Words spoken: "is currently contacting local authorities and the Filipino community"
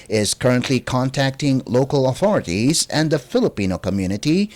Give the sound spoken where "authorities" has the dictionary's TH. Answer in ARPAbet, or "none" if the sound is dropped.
TH